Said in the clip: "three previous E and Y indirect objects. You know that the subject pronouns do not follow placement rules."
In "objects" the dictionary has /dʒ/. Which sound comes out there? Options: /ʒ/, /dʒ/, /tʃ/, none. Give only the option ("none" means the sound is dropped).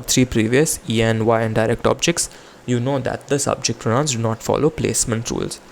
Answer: /dʒ/